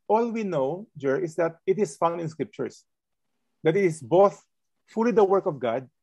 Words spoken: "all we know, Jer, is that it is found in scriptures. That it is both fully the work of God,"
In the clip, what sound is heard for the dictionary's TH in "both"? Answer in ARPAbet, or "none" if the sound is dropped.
TH